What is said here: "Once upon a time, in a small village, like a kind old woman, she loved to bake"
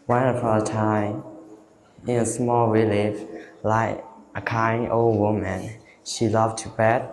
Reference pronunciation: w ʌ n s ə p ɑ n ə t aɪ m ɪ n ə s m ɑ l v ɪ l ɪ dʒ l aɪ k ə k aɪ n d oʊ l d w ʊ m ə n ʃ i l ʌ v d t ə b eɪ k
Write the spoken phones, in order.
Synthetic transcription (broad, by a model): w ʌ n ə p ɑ ə t aɪ m ɪ n ə s m ɑ l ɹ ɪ l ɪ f l aɪ k ə k aɪ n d oʊ l d w ʊ m ə n ʃ i l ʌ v t ə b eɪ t